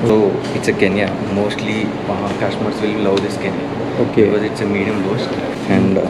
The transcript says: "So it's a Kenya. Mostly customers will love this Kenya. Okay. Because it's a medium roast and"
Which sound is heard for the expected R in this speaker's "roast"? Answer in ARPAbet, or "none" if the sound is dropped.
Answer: L